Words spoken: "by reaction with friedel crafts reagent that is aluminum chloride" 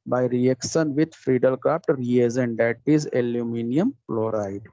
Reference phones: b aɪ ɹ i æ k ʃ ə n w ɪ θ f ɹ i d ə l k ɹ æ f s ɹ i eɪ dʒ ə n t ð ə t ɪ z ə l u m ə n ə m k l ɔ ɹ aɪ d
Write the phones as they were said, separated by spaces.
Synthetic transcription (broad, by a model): b aɪ ɹ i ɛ k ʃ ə n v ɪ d f ɹ i d ə l k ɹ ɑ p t ɹ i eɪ z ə n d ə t ɪ z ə l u m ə n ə m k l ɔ ɹ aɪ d